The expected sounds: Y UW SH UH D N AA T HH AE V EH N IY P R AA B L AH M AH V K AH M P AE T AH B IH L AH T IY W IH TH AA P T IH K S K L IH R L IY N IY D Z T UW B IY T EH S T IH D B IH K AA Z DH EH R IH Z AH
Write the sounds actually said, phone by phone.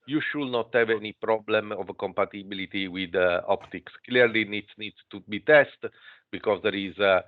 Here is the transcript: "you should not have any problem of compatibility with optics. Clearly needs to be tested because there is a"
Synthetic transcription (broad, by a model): Y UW SH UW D N AA T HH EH V EH N IY P R AA B L AH M AH V K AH M P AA T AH B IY L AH T IY W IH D AA P T IH K S K L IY R L IY N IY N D T UW B IY T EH S T B IH K AA Z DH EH R IH Z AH